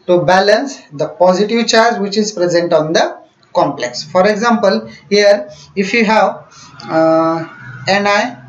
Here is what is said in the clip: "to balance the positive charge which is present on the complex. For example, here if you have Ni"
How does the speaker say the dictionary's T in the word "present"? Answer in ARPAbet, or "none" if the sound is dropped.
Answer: T